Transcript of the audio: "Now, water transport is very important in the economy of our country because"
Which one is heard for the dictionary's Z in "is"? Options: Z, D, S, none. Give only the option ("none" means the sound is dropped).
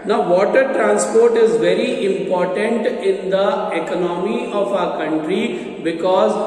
Z